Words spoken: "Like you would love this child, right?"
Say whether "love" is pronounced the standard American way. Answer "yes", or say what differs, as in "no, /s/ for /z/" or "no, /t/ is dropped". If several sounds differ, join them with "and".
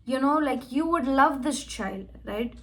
yes